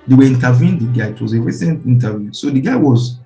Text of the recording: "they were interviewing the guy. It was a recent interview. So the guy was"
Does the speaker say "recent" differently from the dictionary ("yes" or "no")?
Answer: no